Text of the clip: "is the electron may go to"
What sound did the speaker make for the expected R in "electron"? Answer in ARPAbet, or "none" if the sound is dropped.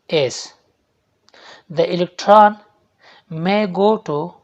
R